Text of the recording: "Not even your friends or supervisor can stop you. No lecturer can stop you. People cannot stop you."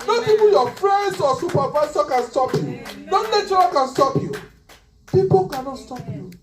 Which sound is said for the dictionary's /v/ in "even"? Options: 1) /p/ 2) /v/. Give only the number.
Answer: 1